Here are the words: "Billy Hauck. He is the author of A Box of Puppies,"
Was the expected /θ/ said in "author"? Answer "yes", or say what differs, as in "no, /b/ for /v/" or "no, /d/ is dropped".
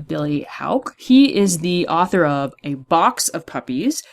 yes